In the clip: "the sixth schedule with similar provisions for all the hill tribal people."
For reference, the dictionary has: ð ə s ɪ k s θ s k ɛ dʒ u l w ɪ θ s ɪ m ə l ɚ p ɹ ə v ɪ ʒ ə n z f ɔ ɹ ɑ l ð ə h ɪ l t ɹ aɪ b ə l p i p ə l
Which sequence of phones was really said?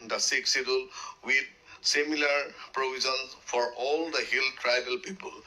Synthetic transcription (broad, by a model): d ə s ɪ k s s i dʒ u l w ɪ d s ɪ m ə l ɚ p ɹ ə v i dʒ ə n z f ɔ ɹ ɑ l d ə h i l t ɹ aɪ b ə l p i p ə l